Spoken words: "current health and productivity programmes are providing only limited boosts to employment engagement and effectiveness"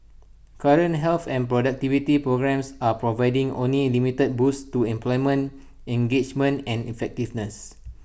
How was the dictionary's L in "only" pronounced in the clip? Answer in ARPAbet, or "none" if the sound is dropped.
L